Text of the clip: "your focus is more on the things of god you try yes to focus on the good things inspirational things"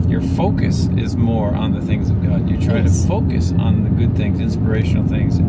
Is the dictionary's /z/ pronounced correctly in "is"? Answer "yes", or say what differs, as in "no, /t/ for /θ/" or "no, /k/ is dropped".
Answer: yes